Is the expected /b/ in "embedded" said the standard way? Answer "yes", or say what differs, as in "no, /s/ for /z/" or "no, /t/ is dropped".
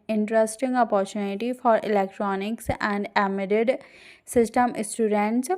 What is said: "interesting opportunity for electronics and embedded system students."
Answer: no, /b/ is dropped